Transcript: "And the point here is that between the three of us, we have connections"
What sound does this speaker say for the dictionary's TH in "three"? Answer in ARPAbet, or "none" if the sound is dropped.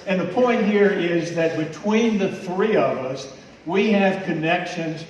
TH